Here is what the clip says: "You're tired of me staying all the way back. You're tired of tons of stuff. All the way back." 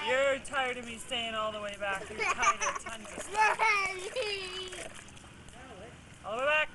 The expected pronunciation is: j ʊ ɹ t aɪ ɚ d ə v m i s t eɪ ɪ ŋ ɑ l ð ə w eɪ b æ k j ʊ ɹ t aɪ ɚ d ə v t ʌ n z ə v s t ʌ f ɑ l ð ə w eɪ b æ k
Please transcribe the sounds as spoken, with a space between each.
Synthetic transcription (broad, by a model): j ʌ ɹ t aɪ ɚ d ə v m i s t eɪ ɪ ŋ ɑ l ð ə w eɪ b æ k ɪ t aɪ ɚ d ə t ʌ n ə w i ɑ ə w eɪ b æ k